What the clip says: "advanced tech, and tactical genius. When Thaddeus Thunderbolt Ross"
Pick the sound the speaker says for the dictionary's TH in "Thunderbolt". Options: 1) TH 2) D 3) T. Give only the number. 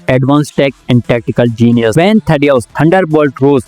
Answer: 3